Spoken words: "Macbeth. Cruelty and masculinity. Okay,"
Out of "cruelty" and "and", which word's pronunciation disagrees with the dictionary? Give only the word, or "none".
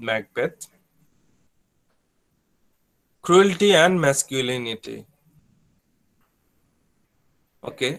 none